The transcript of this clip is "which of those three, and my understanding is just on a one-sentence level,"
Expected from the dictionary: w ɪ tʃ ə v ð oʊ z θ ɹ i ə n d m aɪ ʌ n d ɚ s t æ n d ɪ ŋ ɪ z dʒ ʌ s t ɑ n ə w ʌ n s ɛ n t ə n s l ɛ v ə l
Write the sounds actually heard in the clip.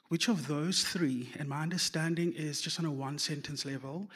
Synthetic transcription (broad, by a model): w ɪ tʃ ə v ð oʊ z θ ɹ i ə n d m aɪ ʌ n d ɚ s t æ n d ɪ ŋ ɪ z dʒ ʌ s t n ə w ʌ n s ɛ n t ə n s l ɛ v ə l